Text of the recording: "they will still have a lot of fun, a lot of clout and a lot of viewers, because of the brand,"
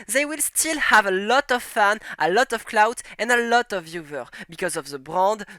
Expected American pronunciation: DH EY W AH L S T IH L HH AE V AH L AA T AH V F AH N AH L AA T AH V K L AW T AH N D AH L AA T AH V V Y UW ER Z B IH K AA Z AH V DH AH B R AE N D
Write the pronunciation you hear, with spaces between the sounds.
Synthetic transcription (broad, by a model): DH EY W AH L S T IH L HH AE V AH L AA T AH V F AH N AH L AA T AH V K L AW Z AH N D AH L AA T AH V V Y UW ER B IH K AA Z AH V DH AH B R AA N D